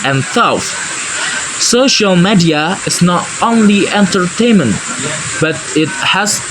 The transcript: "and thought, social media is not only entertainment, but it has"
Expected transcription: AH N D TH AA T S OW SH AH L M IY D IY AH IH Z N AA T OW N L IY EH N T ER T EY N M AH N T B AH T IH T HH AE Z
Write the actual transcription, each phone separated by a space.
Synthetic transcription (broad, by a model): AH N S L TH S OW SH AH L M IY D IY AH IH Z N AA T OW N L IY EH N T ER T EY N M AH N T B AH T IH T HH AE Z